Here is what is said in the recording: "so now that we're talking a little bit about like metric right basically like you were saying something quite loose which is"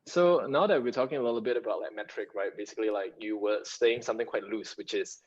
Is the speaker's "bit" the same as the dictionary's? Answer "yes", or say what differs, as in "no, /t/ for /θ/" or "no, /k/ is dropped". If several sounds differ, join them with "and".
yes